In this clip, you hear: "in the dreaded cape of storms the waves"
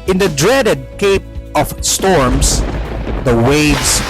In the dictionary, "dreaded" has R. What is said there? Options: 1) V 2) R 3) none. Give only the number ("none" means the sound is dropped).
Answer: 2